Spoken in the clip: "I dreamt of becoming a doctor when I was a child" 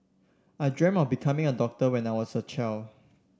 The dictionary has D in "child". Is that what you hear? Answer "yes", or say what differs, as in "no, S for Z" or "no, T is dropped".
no, D is dropped